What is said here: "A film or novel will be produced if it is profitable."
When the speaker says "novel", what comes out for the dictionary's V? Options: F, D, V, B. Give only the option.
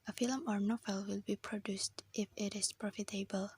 F